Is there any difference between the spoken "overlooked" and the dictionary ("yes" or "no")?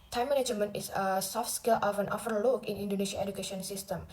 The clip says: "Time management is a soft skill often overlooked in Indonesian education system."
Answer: yes